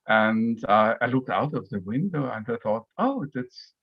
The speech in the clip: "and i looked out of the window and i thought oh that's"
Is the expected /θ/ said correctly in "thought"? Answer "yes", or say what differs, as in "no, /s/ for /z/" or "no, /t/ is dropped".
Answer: yes